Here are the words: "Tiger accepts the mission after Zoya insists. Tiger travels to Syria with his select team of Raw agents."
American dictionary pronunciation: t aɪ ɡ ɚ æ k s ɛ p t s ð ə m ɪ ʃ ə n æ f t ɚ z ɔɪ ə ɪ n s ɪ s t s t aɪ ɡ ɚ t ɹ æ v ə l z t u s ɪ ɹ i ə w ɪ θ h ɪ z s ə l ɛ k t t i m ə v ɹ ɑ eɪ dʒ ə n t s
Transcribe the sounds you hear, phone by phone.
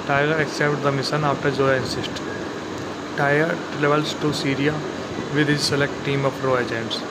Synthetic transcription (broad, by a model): t aɪ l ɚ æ k s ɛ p t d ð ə m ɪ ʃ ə n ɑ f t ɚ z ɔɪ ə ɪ n s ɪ s t t aɪ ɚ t l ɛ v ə l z t u s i ɹ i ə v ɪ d h ɪ z s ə l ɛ k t t i m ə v ɹ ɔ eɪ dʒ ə n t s